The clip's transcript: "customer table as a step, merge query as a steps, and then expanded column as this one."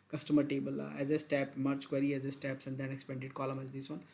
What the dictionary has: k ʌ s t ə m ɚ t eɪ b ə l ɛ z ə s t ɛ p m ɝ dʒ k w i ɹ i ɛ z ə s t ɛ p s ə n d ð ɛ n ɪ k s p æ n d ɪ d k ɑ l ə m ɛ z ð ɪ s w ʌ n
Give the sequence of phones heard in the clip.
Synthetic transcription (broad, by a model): k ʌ s t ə m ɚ t eɪ b ə l ɛ z ə s t ɛ p m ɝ tʃ k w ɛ ɹ i ɛ z ə s t ɛ p s ə n d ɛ n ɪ k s p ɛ n d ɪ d k ɑ l ə m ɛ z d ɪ s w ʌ n